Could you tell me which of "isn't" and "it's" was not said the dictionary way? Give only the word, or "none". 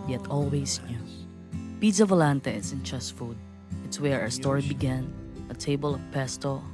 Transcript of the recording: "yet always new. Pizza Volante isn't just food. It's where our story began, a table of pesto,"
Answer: isn't